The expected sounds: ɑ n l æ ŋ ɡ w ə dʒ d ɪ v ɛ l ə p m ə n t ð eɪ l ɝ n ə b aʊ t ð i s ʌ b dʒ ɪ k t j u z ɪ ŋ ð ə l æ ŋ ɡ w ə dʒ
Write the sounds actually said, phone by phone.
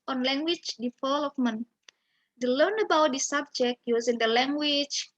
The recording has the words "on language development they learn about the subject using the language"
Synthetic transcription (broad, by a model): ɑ n l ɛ ŋ ɡ w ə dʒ d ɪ f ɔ l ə f m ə n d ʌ l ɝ n ə b aʊ t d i s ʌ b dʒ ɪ k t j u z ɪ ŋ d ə l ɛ ŋ ɡ w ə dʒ